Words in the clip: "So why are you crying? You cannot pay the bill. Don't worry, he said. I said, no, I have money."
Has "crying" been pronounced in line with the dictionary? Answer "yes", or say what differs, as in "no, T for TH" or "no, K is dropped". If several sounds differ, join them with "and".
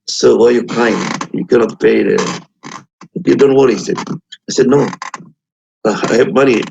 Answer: no, R is dropped